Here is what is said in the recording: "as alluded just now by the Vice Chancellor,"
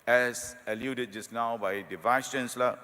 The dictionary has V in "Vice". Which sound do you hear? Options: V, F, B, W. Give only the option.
V